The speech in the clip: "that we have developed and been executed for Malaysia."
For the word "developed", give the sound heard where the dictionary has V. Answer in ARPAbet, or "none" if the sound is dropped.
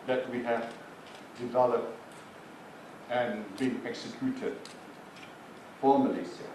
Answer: V